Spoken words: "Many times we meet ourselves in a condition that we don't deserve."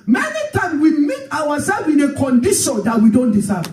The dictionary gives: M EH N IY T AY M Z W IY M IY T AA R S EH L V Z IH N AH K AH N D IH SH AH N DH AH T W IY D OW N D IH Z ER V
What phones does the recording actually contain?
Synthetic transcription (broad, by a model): M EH N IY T AY M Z W IY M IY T AA W S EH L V IH N AH K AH N D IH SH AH N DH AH T W IY D OW N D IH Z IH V